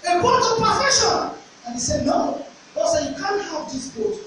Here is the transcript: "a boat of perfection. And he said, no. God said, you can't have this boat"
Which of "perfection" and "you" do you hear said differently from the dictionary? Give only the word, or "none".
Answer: perfection